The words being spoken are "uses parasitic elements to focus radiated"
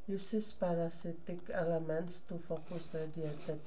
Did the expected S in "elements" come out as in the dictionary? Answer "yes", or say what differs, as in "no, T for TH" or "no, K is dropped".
yes